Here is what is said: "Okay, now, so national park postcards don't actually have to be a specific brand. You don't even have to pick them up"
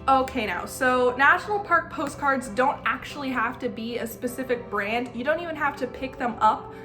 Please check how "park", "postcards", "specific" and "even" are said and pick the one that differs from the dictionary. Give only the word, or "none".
none